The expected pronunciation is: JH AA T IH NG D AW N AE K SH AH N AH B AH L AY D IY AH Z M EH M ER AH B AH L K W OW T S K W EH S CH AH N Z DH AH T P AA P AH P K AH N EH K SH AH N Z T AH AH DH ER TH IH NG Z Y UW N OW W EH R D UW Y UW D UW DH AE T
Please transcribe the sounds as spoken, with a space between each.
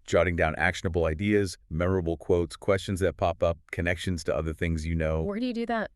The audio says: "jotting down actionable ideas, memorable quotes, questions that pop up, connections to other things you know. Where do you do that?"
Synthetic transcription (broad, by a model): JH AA T IH NG D AW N AE K SH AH N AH B L AY D IY AH Z M EH M ER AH B L K W OW T S K W EH S CH AH N Z DH AH T P AA P AH P K AH N EH K SH AH N Z T AH AH DH ER TH IH NG Z Y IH N OW W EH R D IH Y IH D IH DH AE T